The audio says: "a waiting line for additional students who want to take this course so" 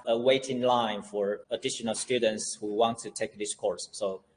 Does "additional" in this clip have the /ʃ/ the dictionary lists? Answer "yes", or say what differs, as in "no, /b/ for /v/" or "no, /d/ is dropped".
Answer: yes